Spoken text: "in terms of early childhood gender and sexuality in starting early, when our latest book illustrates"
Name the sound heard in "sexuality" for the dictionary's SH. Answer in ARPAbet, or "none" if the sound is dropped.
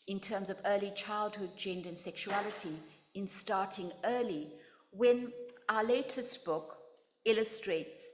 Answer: SH